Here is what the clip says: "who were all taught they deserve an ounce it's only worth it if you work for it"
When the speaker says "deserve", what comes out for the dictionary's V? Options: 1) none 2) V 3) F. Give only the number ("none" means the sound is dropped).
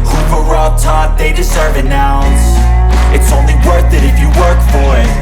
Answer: 2